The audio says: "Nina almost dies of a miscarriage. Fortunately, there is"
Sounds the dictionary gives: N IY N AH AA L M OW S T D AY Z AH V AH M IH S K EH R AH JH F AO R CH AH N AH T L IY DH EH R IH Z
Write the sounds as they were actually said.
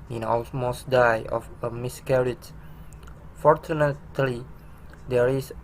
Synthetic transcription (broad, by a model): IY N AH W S M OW S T D AY AH F AH M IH S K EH R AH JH F AO R CH AH N AH T L IY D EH R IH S